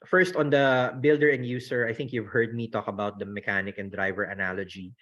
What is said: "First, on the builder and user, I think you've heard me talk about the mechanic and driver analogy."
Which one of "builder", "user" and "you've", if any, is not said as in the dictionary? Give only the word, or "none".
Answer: user